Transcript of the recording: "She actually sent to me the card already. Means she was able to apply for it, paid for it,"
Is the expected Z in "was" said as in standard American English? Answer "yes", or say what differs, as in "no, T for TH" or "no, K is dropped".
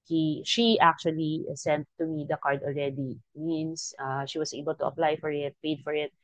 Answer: no, S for Z